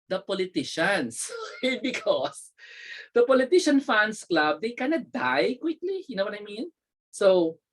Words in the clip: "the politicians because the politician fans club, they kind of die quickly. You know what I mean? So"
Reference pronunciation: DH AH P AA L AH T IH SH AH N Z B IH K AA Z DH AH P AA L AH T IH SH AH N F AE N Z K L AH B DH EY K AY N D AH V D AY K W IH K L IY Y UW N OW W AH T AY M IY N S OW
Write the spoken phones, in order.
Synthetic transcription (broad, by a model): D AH P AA L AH T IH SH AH N S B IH K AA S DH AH P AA L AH T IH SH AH N F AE N S K L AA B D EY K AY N AH D AY K W IH K L IY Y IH N OW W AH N AY M IY N S OW